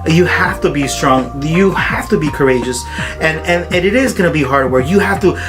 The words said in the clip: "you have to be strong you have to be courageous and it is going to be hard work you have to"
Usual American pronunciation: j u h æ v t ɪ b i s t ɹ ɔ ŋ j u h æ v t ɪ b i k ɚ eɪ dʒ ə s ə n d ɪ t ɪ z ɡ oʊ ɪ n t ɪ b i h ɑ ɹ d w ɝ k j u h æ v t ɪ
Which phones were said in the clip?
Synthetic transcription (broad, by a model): j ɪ h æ f t ɪ b i s t ɹ ɔ ŋ j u h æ f t ɪ b i k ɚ eɪ dʒ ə s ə n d ɪ t ɪ z ɡ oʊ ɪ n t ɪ b i h ɑ ɹ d w ɝ k j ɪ h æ f t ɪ